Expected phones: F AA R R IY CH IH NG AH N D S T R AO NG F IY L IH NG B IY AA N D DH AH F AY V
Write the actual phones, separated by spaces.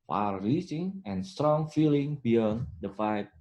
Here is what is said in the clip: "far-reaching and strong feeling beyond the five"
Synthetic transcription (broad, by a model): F AA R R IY S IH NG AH N S T R AO NG F IY L IH NG B IY AA N D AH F AY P